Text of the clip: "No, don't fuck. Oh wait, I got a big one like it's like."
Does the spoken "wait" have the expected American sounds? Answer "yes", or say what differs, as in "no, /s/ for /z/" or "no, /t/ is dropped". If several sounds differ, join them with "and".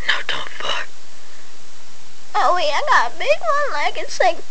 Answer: no, /t/ is dropped